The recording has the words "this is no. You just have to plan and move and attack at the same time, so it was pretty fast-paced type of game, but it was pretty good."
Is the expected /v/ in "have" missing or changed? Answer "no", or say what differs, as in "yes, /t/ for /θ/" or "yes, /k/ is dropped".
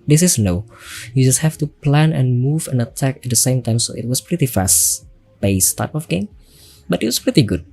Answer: yes, /f/ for /v/